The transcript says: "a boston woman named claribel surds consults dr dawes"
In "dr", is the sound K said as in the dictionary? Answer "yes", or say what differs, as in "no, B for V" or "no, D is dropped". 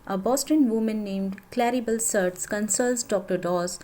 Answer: yes